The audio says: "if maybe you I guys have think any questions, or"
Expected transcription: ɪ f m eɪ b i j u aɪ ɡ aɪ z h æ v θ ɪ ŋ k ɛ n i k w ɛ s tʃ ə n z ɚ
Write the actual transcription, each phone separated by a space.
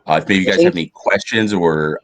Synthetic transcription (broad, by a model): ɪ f m eɪ b i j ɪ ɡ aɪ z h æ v ɛ n i k w ɛ s tʃ ə n z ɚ